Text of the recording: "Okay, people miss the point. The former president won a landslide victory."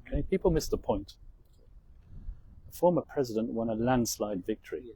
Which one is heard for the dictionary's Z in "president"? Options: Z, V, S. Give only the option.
Z